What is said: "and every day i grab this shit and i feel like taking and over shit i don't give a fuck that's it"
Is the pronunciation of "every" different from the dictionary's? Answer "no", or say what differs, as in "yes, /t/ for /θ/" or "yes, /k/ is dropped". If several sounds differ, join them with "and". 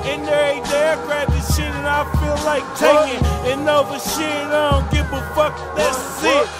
yes, /v/ is dropped